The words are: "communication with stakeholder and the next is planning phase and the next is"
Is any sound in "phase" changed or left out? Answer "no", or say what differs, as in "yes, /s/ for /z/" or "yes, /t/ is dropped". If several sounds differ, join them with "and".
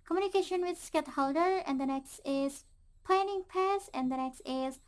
yes, /p/ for /f/ and /s/ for /z/